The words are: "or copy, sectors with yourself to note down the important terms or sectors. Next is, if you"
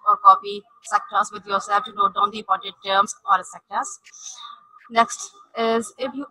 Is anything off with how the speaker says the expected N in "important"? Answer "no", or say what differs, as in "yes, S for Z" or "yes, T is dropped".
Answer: yes, N is dropped